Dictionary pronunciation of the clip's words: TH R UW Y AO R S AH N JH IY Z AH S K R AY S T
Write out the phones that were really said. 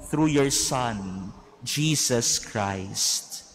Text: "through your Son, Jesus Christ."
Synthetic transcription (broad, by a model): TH R UW Y AO R S AH N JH IY S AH S K R AY S T